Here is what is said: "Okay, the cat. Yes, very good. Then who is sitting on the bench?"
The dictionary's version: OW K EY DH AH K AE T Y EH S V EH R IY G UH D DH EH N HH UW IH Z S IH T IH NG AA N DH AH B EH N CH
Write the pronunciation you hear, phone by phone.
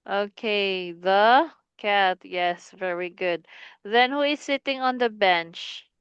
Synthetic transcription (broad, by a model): OW K EY DH AH K AE T Y EH S V EH R IY G UH D DH EH N HH UW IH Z S IH T IH NG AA N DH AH B EH N CH